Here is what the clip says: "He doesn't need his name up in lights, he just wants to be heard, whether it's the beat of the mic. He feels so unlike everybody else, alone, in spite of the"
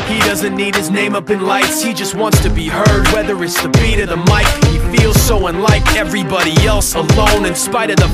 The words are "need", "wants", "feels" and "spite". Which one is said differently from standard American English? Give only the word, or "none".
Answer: none